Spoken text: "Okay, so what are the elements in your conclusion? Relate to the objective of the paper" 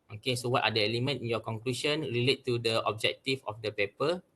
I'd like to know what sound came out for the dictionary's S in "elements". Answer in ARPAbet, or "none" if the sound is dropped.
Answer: none